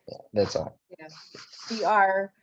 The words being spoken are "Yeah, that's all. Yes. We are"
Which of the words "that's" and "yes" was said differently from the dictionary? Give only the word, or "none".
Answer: yes